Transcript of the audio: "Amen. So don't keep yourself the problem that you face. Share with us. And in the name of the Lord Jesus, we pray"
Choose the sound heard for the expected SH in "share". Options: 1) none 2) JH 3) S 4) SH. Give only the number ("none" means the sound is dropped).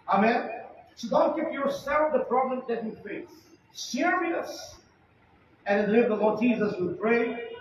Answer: 3